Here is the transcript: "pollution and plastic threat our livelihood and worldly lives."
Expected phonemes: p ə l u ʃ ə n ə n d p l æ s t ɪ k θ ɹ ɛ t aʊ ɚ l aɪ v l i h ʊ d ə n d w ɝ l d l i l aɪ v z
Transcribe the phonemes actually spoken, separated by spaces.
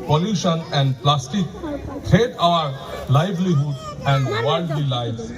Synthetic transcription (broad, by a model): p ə l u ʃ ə n ə n d p l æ s t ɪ k t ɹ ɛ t aʊ ɚ l aɪ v l i h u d ə n d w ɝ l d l i l aɪ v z